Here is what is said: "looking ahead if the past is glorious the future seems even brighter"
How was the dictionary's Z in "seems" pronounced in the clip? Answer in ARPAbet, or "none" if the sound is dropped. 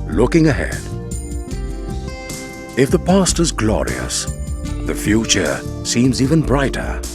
Z